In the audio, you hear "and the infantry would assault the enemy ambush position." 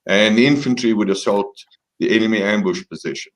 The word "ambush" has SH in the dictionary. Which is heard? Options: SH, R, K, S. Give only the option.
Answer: SH